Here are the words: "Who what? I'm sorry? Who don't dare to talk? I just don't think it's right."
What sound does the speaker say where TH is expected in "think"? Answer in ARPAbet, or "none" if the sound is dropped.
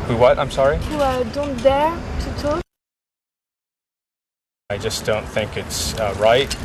TH